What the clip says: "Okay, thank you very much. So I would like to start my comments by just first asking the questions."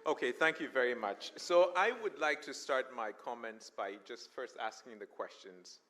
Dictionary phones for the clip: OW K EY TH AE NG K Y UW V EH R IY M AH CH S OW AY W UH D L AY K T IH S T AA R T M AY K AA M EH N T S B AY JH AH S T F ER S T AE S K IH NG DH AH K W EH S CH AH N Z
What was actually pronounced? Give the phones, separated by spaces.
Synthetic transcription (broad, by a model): OW K EY TH AE NG K Y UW V EH R IY M AH CH S OW AY W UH D L AY K T IH S T AA R T M AY K AA M EH N T S B AY JH AH S T F ER S T AE S K IH NG DH AH K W EH S CH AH N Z